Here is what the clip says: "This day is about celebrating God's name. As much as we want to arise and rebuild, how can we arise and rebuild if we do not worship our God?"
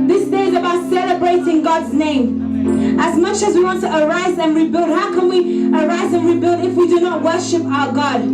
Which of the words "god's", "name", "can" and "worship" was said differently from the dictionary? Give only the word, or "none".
none